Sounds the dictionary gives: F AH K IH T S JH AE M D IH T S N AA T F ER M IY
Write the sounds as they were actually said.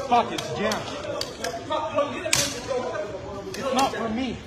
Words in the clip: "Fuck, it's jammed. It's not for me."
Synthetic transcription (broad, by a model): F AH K IH T S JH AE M IH T S N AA T F ER M IY